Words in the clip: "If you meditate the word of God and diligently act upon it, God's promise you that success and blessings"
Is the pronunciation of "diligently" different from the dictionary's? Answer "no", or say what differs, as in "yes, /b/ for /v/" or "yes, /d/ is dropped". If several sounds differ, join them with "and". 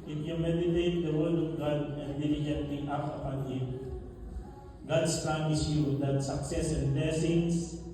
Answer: yes, /n/ is dropped